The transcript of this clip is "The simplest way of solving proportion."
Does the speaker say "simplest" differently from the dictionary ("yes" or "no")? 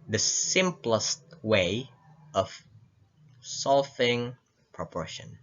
no